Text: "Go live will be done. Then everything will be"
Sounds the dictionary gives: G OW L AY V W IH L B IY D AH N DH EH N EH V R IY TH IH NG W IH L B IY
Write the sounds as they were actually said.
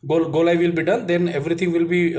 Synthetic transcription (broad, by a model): G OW L AY V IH L B IY D AH N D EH N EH V R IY T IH NG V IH L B IY